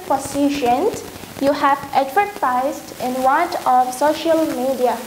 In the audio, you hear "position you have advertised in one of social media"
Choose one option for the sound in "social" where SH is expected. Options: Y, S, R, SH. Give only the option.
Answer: SH